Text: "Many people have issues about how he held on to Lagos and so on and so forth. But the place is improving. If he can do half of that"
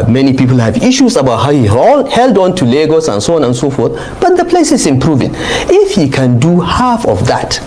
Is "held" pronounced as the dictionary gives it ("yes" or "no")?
yes